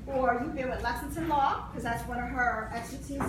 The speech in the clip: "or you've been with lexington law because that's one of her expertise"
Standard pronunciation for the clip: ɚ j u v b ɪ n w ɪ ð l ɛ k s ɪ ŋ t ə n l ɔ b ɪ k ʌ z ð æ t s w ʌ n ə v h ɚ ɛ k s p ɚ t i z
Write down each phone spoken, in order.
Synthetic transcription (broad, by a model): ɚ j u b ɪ l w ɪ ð l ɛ s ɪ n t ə n l ɔ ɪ k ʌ z ð æ t s w ʌ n ə v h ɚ ɛ k s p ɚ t i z